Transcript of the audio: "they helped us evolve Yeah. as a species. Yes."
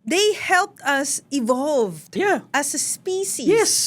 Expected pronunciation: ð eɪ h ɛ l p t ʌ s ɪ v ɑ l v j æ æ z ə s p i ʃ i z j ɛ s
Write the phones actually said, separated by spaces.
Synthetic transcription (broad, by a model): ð eɪ h ɛ l p t ʌ s ɪ v ɑ l v j æ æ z ə s p i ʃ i j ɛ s